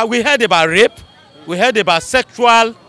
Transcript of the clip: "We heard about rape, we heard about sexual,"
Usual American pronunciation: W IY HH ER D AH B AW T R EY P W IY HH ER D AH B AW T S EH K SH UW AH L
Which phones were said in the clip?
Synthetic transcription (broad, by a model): W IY HH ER D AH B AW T R EY P W IY HH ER D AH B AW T S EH K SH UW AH L